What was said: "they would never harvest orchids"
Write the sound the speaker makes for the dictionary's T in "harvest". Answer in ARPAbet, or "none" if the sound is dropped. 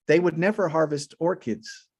T